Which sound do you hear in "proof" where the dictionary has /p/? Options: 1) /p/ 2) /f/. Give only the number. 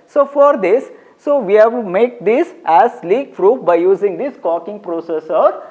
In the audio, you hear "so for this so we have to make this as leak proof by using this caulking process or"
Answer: 2